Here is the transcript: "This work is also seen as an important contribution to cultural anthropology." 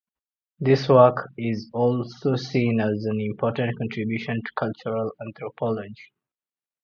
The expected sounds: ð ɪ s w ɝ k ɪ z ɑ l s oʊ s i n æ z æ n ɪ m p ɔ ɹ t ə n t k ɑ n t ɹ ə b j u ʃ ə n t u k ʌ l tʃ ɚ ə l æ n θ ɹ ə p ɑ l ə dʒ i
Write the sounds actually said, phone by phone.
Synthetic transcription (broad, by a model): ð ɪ s w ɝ k ɪ z ɑ l s oʊ s i n æ z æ n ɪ m p ɔ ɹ t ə n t k ɑ n t ɹ ə b j u ʃ ə n t u k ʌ l tʃ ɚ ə l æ n t ɹ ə p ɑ l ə dʒ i